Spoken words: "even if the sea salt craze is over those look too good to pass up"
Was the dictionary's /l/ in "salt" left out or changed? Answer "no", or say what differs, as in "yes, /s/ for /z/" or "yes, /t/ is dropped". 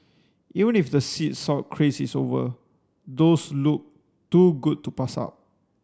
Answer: yes, /l/ is dropped